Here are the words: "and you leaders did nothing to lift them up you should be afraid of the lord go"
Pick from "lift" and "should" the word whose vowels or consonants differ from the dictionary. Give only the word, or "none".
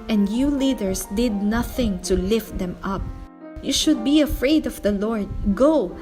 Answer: none